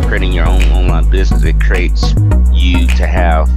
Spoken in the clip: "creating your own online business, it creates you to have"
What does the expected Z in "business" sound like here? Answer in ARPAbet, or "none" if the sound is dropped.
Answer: Z